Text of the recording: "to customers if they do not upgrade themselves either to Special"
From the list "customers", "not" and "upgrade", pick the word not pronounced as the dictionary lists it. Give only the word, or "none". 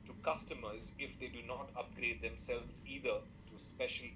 none